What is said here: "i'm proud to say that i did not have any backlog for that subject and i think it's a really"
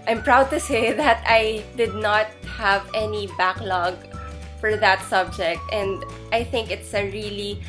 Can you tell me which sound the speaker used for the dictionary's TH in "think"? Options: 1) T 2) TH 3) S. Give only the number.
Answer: 2